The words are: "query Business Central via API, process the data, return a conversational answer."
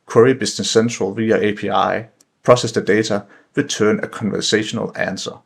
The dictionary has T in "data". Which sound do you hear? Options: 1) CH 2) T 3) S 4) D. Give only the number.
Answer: 3